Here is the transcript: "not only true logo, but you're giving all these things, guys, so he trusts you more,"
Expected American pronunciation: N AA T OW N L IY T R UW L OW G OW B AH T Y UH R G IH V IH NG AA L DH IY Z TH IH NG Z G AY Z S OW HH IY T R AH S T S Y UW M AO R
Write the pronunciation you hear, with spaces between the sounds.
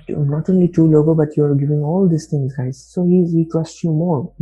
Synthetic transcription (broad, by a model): N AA T OW N L IY T UW L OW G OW B AH T Y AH R G IH V IH NG AA L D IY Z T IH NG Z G AY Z S OW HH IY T R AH S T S Y UW M AO R